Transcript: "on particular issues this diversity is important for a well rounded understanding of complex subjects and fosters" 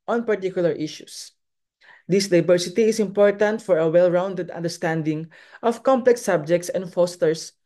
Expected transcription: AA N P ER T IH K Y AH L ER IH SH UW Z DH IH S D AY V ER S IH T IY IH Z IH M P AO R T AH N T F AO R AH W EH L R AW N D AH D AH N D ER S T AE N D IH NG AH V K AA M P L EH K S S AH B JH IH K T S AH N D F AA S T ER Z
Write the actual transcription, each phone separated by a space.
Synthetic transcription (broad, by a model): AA N P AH T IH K Y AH L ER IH SH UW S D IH S D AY B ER S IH T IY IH S IH M P AO R T AH N T F AO R AH W EH L R AW N D AH D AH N D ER S T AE N D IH NG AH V K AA M P L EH K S S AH B JH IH K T S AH N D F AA S T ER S